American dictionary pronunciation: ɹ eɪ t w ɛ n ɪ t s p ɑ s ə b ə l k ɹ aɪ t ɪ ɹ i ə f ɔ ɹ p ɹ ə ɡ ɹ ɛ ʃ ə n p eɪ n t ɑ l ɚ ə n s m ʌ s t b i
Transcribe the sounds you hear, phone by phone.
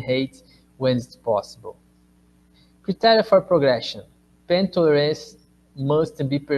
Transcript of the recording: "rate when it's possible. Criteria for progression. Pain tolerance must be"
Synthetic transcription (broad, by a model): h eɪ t w ɛ n ɪ t s p ɑ s ə b ə l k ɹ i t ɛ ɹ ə f ɔ ɹ p ɹ ə ɡ ɹ ɛ ʃ ə n p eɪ n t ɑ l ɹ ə s m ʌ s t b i